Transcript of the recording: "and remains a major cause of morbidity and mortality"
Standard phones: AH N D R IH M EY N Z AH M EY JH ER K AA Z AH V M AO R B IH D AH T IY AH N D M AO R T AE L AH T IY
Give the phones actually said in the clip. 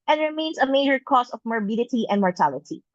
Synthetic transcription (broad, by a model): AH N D R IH M EY N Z AH M EY JH ER K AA S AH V M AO R B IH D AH T IY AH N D M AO R T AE L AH T IY